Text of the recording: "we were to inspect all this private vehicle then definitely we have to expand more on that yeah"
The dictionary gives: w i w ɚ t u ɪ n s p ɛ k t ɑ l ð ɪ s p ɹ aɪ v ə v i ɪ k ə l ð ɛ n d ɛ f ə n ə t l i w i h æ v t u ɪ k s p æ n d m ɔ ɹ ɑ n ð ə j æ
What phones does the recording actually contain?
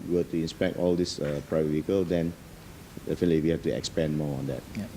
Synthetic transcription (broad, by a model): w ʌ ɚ t u ɪ n s p ɛ k t ɑ l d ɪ s p ɹ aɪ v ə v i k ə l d ɛ n d ɛ f ə n ə t l i w i h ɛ f t u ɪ k s p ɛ n m ɔ ɑ n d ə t